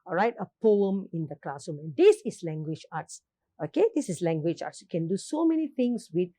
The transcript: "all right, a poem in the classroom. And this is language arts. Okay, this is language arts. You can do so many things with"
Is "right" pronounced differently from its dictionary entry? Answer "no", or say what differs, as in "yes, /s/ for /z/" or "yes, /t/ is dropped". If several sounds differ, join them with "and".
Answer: no